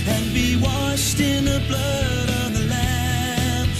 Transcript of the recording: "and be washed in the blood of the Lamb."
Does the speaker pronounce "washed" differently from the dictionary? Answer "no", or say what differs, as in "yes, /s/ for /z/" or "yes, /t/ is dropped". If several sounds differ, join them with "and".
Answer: no